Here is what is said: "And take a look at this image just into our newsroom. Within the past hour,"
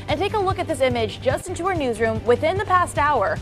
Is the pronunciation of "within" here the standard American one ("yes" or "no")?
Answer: yes